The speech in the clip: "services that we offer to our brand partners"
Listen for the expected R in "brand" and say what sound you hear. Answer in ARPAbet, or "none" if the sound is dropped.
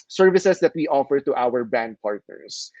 none